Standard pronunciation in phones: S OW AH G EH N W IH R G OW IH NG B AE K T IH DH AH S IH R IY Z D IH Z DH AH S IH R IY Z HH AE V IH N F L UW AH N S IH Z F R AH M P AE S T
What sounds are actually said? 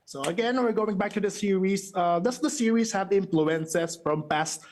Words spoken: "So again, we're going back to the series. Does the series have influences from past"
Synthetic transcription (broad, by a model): S OW AH G EH N W IH R G OW IH NG B AE K T IH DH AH S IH R IY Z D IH S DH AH S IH R IY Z HH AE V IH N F L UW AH N S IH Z F R AH M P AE S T